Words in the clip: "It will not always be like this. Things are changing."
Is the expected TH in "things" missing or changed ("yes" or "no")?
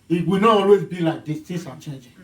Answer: yes